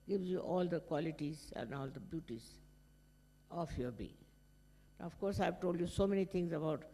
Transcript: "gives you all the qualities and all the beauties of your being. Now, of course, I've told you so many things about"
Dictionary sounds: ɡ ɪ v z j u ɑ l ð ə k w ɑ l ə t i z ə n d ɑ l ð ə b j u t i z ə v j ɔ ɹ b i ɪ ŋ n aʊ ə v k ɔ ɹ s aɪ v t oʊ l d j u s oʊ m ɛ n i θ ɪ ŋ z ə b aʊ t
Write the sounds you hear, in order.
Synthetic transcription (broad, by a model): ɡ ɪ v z j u ɑ l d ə k w ɑ l ə t i z ə n d ɑ l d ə b j u t i z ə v j ɔ ɹ b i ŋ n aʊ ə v k ɔ ɹ s aɪ v t oʊ l d j u s oʊ m ɛ n i t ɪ ŋ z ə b aʊ t